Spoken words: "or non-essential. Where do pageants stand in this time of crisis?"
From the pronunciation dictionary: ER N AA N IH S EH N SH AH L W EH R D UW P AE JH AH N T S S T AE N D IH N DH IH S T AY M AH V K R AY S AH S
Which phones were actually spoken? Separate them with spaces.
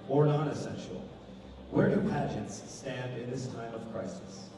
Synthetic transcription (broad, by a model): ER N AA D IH S EH N SH L W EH R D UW P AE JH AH N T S S T AE N D IH N DH IH S T AY M AH V K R AY S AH S